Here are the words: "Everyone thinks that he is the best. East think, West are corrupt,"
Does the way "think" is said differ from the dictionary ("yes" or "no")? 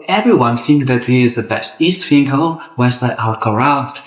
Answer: yes